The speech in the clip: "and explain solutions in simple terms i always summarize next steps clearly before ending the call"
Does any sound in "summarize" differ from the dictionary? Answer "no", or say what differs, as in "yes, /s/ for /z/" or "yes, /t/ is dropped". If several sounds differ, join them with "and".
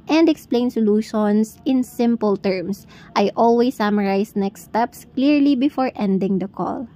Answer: yes, /s/ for /z/